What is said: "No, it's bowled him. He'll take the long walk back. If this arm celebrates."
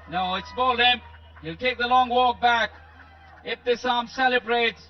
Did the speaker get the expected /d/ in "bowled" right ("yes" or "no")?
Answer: no